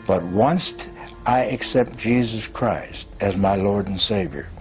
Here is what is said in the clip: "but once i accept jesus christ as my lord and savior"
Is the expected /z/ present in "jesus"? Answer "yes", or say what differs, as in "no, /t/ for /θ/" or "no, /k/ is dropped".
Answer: yes